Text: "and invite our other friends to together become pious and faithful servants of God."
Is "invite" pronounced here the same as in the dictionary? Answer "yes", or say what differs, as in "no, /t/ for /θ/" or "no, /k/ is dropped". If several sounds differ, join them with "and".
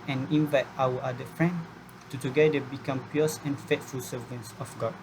yes